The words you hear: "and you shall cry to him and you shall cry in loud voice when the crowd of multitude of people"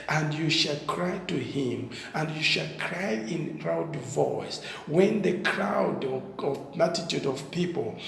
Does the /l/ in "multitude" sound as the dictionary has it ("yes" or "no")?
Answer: no